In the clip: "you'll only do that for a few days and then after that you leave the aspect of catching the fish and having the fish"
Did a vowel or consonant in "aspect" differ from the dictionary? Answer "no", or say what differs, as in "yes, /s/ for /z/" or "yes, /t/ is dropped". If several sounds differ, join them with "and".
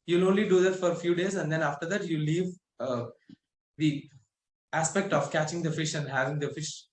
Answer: no